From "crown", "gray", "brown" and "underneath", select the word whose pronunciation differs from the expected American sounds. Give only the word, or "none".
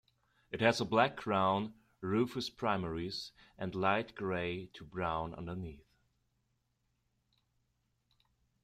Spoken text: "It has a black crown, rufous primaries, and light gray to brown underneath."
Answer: none